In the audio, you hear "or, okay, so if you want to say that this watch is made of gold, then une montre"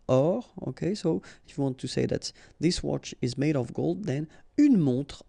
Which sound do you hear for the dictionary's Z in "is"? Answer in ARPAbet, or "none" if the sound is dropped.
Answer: Z